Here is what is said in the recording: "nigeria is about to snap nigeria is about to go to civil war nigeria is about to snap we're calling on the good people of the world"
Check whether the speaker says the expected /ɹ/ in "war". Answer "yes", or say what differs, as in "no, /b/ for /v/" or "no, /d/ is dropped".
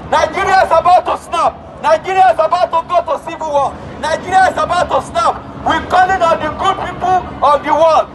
no, /l/ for /ɹ/